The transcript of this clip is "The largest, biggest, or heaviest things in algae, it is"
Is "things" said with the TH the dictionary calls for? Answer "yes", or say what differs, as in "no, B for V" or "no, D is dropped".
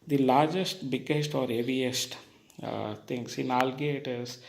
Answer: no, T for TH